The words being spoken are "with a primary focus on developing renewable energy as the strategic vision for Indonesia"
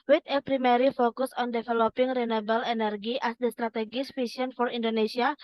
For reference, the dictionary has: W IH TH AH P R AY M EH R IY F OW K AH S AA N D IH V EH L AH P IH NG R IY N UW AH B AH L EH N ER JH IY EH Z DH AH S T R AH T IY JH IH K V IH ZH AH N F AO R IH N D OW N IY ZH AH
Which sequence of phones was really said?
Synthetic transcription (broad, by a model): W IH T AH P R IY M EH R IY F OW K AH S AA N D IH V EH L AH P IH NG R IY N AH B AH L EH N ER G IY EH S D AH S T R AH T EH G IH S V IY S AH N F AO R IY N D OW N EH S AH